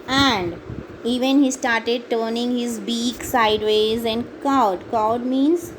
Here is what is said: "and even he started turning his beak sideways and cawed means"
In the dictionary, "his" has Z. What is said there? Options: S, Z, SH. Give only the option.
Z